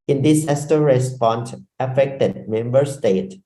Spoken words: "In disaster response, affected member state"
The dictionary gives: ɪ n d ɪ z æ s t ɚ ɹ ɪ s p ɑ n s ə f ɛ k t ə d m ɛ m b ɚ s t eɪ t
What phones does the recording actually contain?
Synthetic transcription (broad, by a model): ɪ n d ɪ s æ s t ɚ ɹ ɪ s p ɑ n s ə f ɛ k t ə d m ɛ m b ɚ s t eɪ t